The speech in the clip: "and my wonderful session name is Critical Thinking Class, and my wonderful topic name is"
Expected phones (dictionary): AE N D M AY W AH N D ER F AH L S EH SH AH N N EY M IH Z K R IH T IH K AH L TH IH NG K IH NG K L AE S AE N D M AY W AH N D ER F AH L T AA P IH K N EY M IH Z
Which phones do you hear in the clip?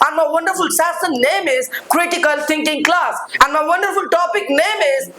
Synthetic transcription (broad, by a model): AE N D M AY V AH N D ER F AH L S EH S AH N N EY M IH Z K R IH T IH K AH L T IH NG K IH NG K L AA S AE N D M AY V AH N D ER F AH L T AA P IH K N EY M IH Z